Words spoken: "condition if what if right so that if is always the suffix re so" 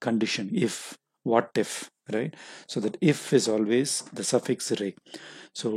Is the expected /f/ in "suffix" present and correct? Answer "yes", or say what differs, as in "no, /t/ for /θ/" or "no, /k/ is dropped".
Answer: yes